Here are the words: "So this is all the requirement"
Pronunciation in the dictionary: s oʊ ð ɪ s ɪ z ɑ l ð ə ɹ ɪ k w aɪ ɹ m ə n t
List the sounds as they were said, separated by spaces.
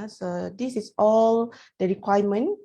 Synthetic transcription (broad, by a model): s oʊ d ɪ s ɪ s ɑ l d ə ɹ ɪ k w aɪ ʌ m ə n